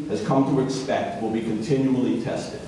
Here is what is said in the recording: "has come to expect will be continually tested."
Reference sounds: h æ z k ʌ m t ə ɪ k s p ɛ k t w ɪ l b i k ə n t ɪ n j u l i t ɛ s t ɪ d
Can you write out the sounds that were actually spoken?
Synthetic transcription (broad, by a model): h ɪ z k ʌ m t ə ɪ k s p ɛ k t w ɪ l b i k ə n t ɪ n j u l i t ɛ s t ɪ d